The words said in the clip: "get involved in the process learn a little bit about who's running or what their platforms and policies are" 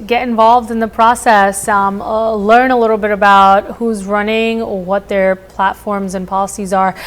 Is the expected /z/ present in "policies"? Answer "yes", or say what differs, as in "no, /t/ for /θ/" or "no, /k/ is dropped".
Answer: yes